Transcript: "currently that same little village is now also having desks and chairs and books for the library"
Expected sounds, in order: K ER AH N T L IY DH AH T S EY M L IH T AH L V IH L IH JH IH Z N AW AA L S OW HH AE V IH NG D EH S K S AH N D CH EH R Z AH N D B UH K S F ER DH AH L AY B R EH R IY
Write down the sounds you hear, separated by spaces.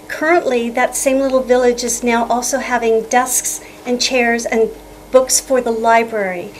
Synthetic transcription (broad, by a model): K ER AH N T L IY DH AH T S EY M L IH T L V IH L IH JH IH Z N AW AA L S OW HH AE V IH NG D EH S K S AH N CH EH R Z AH N B UH K S F ER DH AH L AY B R EH R IY